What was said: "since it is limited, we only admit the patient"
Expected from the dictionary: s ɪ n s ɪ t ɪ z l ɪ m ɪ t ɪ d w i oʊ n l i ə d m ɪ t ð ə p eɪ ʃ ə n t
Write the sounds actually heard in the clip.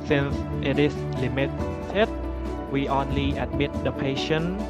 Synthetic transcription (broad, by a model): s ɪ n s ɪ t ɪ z l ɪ m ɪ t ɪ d w i oʊ n l i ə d m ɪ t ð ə p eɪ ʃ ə n